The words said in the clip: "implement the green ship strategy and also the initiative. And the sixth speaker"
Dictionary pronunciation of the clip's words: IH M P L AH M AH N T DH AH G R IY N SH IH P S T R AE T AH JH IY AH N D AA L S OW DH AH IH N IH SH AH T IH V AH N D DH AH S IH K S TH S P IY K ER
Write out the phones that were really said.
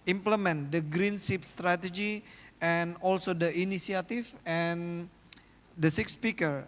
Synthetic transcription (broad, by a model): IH M P L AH M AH N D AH G R IY N S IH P S T R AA T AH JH IY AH N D AA L S OW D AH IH N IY S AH T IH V AH N D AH S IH K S S P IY K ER